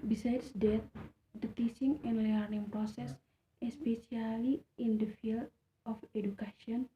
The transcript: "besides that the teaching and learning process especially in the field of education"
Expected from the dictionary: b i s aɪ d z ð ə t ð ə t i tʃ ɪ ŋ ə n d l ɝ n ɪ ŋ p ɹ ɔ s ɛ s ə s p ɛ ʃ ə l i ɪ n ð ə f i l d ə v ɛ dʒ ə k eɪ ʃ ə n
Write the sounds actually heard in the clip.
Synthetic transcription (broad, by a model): b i s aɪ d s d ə t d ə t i s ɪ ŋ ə n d l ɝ n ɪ ŋ p ɹ ɔ s ɛ s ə s p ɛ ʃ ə l i ɪ n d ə f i l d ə f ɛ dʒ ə k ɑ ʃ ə n